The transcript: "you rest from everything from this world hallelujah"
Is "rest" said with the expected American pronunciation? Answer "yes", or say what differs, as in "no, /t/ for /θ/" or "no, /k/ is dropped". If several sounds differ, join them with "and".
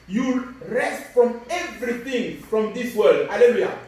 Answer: yes